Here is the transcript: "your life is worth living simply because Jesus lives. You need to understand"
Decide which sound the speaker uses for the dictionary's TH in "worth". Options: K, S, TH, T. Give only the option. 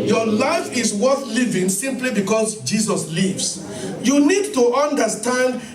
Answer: TH